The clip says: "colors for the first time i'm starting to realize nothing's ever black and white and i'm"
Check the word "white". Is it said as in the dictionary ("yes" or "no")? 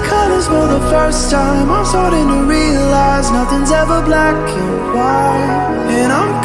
no